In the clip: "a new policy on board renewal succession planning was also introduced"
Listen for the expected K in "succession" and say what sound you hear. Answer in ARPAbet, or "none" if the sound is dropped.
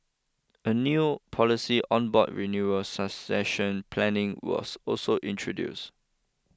none